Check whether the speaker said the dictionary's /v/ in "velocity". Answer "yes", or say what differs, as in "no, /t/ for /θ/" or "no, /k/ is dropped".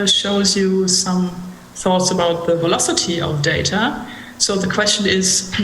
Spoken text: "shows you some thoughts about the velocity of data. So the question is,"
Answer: yes